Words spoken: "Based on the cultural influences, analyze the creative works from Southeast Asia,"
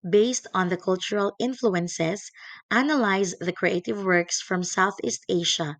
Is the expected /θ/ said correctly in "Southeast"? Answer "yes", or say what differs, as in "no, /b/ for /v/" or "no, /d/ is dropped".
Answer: yes